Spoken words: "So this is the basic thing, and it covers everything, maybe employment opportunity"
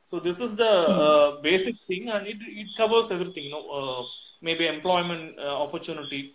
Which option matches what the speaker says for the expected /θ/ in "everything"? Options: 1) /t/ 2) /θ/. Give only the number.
1